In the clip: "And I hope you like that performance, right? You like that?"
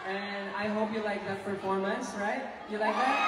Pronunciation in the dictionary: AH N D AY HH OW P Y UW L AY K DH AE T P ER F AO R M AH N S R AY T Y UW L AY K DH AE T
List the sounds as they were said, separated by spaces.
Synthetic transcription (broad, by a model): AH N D AY HH OW P Y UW L AY K DH AE T F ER F AO R M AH N S R AY T Y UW L AY K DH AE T